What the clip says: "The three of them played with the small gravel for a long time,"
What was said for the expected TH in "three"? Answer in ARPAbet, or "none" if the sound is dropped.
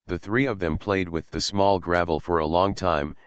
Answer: TH